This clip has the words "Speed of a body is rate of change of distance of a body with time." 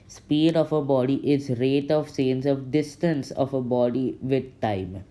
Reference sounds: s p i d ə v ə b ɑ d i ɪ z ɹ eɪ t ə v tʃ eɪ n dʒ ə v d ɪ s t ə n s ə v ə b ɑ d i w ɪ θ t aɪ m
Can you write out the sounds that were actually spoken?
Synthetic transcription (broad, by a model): s p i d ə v ə b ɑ d i ɪ z ɹ eɪ t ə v s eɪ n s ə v d ɪ s t ə n s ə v ə b ɑ d i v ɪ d t aɪ m